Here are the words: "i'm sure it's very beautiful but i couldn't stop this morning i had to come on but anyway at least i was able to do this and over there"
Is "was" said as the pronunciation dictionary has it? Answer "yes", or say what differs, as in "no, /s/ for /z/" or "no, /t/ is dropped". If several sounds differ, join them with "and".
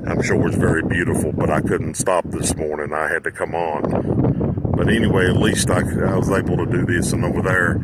yes